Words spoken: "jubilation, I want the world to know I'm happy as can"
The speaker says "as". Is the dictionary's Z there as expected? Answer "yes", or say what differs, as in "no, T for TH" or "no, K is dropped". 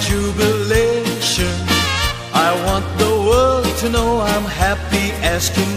no, S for Z